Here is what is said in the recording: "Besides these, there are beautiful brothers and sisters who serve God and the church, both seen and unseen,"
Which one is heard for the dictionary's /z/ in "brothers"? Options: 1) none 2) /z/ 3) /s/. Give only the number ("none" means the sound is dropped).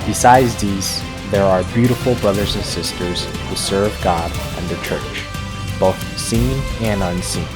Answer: 2